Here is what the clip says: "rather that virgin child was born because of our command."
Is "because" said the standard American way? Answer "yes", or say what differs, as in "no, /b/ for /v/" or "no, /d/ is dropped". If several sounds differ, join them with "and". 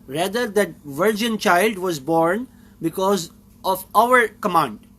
yes